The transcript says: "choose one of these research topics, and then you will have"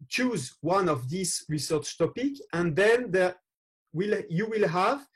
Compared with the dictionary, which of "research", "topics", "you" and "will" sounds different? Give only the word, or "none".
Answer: topics